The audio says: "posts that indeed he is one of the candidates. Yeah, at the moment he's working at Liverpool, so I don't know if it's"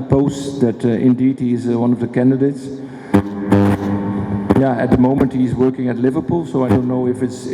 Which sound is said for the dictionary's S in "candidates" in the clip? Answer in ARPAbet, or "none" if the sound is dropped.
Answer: S